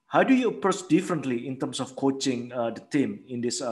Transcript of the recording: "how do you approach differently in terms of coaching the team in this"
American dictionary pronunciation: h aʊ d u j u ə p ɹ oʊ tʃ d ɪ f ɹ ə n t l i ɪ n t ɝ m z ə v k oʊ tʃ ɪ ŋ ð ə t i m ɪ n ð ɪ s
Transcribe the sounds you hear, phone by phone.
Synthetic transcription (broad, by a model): h aʊ d u j u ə p ɹ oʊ s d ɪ f ɹ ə n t l i ɪ n t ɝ m s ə f k oʊ tʃ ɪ ŋ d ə t i m ɪ n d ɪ s